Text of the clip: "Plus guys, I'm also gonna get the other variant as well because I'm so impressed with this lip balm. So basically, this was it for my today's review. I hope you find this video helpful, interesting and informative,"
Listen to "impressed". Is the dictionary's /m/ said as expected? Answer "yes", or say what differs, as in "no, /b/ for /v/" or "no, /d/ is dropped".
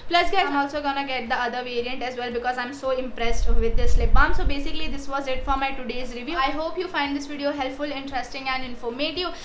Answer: yes